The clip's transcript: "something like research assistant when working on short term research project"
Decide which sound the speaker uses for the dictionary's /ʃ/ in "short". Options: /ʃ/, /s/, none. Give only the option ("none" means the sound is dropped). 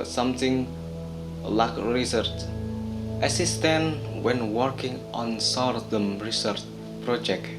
/s/